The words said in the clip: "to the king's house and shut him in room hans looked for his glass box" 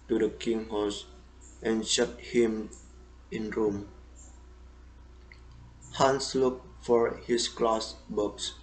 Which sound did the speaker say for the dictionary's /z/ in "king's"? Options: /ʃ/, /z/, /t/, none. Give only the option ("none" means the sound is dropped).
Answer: none